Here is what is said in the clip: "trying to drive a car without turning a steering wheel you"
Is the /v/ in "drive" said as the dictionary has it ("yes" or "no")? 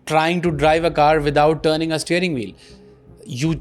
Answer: yes